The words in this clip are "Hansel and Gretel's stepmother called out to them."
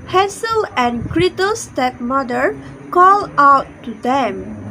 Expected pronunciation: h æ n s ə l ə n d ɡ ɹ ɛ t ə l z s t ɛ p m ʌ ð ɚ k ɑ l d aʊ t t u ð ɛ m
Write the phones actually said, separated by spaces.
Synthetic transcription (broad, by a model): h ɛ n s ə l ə n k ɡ ɹ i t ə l s t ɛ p m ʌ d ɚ k ɑ l aʊ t t u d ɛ m